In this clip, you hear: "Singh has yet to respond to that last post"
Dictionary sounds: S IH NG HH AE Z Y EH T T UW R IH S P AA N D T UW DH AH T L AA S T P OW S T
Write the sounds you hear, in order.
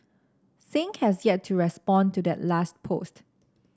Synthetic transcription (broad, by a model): S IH NG HH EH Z Y EH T T UW R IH S P AA N T UW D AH T L AA S T P OW S T